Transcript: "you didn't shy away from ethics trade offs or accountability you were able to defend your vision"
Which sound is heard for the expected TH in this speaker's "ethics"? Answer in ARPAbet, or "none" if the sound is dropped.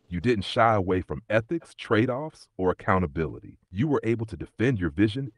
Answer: TH